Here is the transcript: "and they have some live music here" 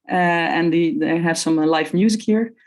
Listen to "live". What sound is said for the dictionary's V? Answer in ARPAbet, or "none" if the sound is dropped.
F